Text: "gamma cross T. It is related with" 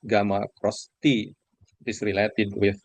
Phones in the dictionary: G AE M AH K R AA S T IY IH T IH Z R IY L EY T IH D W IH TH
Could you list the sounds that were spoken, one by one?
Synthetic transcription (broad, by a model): G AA M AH K R AA S T IY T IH S R IY L EY T IH D W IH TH